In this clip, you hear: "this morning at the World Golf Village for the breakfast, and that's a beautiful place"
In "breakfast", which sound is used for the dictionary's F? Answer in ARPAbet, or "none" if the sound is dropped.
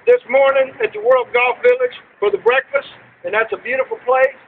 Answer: F